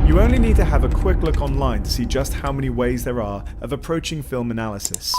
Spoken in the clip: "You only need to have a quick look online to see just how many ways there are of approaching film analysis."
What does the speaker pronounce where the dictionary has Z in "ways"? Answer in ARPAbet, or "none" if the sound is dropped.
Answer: Z